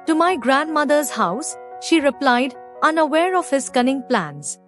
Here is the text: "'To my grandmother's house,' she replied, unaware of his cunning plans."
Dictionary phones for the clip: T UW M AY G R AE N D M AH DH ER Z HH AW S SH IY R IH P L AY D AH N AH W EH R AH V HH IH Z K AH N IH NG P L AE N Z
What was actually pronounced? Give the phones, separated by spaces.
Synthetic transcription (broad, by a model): T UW M AY G R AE N D M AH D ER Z HH AW S SH IY R IH P L AY D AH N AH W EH R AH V HH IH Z K AH N IH NG P L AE N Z